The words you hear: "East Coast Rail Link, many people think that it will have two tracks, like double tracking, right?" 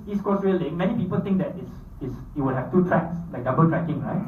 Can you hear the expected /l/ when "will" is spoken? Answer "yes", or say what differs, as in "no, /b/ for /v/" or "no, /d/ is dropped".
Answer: no, /w/ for /l/